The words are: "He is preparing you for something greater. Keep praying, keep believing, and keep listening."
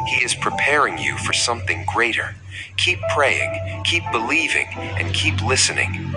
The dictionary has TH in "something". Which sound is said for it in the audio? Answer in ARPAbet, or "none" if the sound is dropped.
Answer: TH